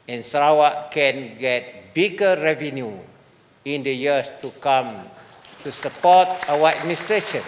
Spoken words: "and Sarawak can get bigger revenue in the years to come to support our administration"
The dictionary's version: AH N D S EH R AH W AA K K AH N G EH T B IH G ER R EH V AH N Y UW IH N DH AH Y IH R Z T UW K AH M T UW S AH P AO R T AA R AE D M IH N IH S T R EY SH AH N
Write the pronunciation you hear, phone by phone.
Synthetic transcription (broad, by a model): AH N S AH R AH W AA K K AH N G EH T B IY G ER R EH V AH N Y UW IH N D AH Y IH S T UW K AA M T UW S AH P AO T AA W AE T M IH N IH S T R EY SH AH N